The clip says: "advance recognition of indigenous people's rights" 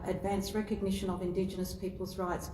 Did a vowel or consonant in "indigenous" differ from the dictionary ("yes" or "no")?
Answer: no